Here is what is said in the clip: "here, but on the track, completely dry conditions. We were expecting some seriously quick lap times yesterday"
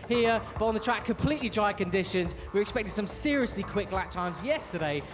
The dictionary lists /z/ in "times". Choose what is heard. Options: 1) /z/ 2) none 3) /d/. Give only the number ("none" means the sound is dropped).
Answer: 1